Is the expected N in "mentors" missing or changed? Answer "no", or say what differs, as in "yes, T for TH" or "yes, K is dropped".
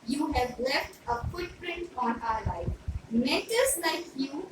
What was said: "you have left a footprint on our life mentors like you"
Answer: yes, N is dropped